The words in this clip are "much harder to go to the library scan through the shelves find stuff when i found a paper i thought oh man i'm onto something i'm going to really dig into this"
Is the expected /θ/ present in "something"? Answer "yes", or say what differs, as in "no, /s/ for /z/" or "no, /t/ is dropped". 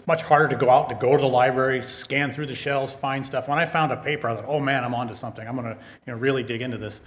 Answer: yes